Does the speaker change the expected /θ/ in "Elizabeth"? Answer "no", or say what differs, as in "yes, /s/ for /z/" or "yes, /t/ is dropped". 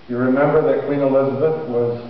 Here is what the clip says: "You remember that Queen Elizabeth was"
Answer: no